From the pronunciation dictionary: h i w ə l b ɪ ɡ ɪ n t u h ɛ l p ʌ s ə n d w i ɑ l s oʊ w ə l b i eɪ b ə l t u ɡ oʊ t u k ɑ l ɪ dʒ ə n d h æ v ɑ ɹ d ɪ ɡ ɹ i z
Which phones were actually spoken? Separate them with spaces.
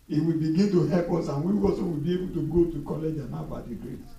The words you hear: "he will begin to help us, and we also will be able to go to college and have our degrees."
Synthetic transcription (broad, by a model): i w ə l b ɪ ɡ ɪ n t u h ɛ p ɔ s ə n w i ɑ s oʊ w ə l b i eɪ b ə l t u ɡ oʊ t u k ɑ l ɪ dʒ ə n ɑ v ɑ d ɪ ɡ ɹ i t